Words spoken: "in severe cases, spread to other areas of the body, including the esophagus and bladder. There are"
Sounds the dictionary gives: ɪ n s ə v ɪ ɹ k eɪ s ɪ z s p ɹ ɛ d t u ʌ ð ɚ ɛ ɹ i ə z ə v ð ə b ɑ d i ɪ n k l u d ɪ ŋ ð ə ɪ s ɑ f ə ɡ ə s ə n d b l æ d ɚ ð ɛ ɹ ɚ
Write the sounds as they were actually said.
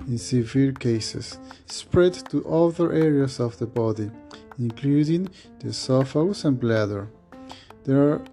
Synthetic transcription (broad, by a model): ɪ n s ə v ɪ l k eɪ s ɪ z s p ɹ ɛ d t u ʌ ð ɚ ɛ ɹ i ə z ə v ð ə b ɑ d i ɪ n k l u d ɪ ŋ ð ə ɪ s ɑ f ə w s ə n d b l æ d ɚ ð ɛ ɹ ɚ